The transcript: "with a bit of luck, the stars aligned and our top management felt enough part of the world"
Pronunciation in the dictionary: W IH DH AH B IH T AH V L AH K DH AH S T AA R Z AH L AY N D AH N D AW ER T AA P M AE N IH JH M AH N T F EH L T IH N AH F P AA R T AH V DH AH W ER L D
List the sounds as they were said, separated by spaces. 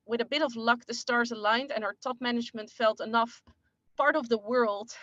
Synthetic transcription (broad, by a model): W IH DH AH B IH T AH V L AH K DH AH S T AA R Z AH L AY N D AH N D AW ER T AA P M AE N IH JH M AH N T F EH L T IH N AH F P AA R T AH V DH AH W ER L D